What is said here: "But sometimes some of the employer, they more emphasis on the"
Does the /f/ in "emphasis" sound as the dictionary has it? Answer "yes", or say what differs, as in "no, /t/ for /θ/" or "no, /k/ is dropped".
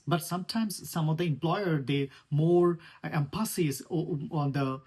no, /p/ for /f/